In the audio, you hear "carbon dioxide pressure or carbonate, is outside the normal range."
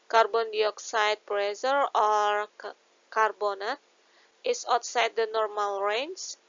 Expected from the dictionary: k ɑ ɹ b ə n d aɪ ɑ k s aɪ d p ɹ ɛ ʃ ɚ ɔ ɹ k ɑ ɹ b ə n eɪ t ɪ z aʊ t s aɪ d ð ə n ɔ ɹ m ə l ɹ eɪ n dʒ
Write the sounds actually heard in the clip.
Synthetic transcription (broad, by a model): k ɑ ɹ b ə n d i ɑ k s aɪ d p ɹ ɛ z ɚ ɔ ɹ k ɑ ɹ b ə n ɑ t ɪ s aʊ t s aɪ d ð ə n ɔ ɹ m ə l ɹ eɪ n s